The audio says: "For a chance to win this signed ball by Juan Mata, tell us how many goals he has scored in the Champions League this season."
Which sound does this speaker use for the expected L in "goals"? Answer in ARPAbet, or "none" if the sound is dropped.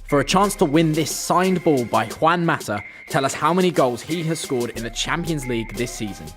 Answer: L